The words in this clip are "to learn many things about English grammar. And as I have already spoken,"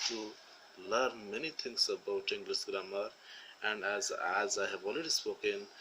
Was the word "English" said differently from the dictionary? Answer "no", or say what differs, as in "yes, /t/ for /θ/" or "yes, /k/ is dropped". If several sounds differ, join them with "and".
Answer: yes, /s/ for /ʃ/